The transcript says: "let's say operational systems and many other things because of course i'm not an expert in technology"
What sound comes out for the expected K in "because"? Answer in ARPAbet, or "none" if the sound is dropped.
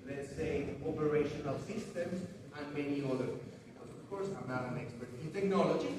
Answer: none